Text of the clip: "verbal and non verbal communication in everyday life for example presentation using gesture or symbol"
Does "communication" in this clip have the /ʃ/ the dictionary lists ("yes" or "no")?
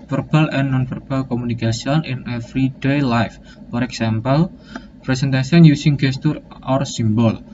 no